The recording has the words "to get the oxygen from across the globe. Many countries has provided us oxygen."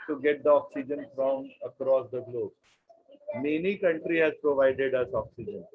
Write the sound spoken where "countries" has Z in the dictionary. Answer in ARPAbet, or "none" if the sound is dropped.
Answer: none